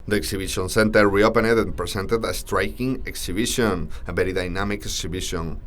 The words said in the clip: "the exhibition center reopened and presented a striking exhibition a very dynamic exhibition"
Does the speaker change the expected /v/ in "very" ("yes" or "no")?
yes